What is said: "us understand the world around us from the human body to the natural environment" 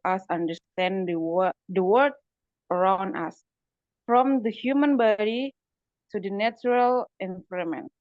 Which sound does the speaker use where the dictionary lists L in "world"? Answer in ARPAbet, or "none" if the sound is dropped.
none